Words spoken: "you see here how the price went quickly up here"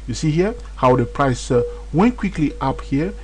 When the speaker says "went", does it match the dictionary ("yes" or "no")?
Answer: yes